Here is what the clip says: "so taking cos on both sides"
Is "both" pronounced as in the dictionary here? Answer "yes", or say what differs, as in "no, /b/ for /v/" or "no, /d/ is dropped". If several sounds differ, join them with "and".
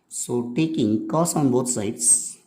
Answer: no, /t/ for /θ/